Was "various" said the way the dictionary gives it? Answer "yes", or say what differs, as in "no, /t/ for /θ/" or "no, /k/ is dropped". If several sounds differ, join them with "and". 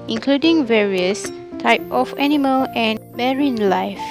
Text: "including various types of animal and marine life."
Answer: yes